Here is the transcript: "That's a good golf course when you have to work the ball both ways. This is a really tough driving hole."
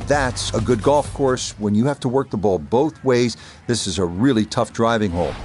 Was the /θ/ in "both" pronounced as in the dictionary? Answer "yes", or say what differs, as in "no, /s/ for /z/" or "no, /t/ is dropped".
yes